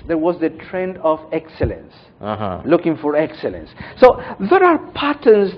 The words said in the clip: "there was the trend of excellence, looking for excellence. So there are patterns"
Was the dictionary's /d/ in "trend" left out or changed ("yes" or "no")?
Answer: no